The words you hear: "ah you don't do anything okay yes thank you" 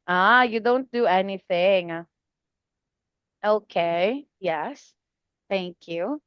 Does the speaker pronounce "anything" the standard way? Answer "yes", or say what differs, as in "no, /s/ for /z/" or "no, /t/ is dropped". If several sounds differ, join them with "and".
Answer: yes